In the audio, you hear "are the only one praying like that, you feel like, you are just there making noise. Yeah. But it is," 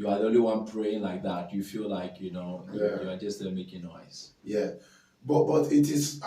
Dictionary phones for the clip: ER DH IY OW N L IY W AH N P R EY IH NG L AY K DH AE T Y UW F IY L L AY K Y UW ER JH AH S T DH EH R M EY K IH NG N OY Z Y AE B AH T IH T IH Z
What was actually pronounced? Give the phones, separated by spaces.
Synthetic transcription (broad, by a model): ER DH IY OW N L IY W AH N P R EY IH NG L AY K DH AE T Y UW F IY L L AY K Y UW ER JH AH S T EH L M EY K IH NG N OY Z Y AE B AH T IH T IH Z